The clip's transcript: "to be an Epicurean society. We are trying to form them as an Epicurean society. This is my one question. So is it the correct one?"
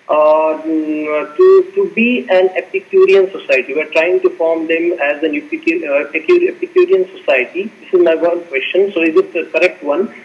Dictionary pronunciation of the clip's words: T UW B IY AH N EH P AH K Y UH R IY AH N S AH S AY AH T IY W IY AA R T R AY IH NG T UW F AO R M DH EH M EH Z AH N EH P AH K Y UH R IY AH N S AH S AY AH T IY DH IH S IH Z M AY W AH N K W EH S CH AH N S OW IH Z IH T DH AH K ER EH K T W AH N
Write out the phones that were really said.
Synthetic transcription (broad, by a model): T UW B IY AH N EH P AH K Y UH R IY AH N S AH S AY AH T IY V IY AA R T R AY IH NG T UW F AO R M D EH M EH Z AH N EH P AH K Y UH R IY AH N S AH S AY AH T IY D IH S IH Z M AY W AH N K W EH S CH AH N S OW IH Z IH T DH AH K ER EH K T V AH N